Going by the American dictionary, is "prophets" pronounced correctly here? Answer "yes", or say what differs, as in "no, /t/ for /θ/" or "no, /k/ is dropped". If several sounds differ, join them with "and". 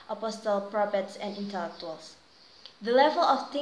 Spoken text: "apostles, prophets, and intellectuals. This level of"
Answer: no, /p/ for /f/